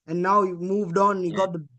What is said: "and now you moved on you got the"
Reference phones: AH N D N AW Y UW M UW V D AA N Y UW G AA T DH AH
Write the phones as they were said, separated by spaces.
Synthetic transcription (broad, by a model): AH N N AW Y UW M UW V D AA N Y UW G AA T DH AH